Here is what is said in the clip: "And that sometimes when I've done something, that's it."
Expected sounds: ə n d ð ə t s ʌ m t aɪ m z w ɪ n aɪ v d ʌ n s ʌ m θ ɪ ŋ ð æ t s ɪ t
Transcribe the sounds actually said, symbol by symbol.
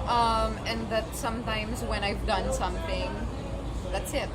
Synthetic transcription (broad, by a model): ə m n ð ə t s ʌ m t aɪ m z w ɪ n aɪ v d ʌ n s ʌ m θ ɪ ŋ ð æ t s ɪ t